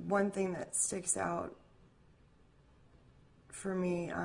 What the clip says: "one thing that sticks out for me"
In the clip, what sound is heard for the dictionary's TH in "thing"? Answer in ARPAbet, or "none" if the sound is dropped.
TH